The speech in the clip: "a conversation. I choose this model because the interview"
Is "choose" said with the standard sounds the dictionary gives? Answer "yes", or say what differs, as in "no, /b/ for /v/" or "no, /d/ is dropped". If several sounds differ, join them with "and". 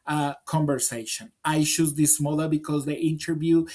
no, /ʃ/ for /tʃ/